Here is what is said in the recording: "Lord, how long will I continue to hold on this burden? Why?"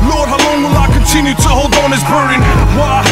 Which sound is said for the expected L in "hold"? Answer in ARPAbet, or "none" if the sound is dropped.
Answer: L